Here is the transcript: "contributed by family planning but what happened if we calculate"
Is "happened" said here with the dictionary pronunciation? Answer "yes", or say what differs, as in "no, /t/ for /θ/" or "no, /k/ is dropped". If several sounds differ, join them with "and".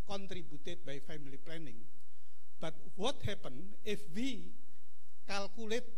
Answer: no, /d/ is dropped